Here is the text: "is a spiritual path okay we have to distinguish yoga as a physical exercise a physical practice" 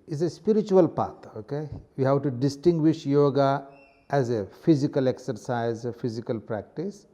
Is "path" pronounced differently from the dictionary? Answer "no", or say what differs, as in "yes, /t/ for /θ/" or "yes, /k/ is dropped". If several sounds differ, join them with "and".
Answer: yes, /t/ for /θ/